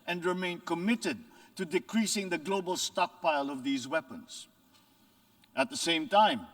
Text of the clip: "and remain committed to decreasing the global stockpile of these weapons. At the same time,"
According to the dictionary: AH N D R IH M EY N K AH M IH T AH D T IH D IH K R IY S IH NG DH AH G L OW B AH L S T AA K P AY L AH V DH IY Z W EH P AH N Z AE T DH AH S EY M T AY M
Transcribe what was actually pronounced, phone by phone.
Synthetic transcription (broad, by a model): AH N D R IH M EY N K AH M IH T AH D T IH D IH K R IY S IH NG DH AH G L OW B AH L S T AA K P AY L AH V DH IY Z W EH P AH N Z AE T DH AH S EY M T AY M